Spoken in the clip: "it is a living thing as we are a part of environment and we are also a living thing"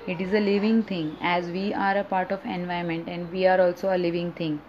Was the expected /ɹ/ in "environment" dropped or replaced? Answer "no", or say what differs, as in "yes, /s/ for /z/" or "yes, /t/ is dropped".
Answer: yes, /ɹ/ is dropped